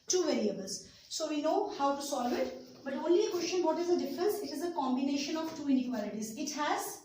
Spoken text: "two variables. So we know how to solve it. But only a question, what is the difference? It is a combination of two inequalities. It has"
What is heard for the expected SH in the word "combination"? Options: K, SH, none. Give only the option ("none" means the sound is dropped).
SH